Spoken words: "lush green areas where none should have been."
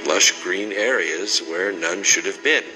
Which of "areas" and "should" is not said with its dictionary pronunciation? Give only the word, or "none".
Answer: none